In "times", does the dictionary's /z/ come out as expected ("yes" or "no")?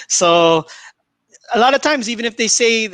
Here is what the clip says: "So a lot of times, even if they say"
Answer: yes